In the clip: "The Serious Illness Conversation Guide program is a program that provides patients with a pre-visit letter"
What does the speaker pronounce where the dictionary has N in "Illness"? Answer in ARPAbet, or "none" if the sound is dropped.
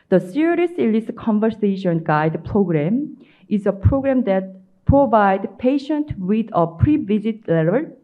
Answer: none